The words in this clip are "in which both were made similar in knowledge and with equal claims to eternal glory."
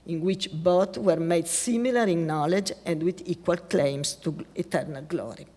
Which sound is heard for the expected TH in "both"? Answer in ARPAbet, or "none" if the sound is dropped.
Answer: T